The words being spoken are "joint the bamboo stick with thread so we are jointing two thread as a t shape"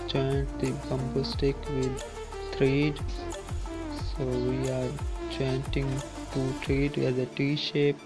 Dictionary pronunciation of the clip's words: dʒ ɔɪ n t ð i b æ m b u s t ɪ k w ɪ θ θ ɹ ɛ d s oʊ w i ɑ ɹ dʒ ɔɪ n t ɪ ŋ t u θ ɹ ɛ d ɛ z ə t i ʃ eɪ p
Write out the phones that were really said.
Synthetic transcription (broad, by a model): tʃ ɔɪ n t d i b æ m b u s t ɪ k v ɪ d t ɹ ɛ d s oʊ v i ɑ ɹ tʃ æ n t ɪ ŋ t u t ɹ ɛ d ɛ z ə t i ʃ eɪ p